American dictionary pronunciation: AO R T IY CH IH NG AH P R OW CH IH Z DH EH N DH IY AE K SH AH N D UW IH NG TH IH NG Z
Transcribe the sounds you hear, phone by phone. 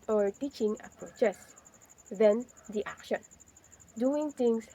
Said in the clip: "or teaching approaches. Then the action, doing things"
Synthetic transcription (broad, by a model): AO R T IY CH IH NG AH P R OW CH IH S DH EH N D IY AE K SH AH N D UW IH NG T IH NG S